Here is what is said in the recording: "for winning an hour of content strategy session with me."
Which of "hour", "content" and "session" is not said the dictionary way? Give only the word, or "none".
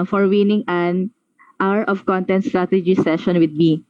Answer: none